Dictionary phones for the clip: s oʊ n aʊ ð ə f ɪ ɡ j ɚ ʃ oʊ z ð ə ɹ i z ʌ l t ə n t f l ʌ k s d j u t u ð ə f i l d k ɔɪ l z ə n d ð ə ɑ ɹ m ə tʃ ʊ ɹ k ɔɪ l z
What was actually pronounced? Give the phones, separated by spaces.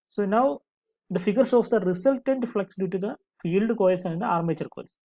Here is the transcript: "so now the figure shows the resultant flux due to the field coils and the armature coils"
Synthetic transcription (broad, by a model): s oʊ n aʊ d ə f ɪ ɡ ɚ s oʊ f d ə ɹ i s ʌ l t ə n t f l ʌ k s d j u t u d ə f i l d k ɔɪ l s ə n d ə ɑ ɹ m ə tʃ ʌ ɹ k ɔɪ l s